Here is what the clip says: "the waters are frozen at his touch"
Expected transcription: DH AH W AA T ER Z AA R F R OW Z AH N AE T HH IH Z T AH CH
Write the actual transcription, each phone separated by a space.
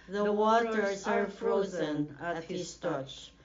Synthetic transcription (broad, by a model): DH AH W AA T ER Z AA R F R OW Z AH N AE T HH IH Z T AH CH